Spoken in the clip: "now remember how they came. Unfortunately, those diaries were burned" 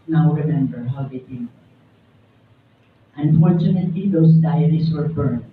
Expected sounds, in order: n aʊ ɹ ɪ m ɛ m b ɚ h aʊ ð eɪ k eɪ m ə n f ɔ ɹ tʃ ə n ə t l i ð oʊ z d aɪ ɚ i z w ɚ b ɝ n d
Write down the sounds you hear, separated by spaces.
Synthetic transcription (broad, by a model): n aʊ ɹ ɪ m ɛ m b ɚ h aʊ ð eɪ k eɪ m ə n f ɔ ɹ tʃ ə n ə t l i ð oʊ s d aɪ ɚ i s w ɚ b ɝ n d